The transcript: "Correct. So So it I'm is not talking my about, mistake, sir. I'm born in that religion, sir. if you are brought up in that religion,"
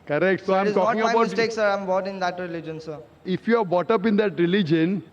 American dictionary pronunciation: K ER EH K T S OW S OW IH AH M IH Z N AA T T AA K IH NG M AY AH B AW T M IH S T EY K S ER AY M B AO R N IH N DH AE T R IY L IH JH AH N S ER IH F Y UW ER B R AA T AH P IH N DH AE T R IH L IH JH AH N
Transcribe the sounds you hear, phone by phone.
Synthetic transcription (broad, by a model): K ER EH K T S S OW IH AH M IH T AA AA IH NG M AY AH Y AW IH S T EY K S ER AY M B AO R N IH N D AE T R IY L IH JH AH N S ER IH F Y UW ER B AA T AH P IH N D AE T R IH L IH JH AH N